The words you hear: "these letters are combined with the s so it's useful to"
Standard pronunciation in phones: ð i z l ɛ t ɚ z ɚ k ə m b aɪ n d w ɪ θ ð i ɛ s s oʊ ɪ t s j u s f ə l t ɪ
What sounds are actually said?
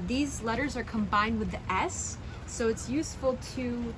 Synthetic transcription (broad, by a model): ð i z l ɛ t ɚ z ɚ k ə m b aɪ n d w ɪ ð i ɛ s s oʊ ɪ t s j u s f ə l t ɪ